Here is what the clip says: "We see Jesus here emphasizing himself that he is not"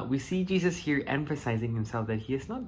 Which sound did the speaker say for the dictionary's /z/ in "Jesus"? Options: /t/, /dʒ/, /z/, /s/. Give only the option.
/z/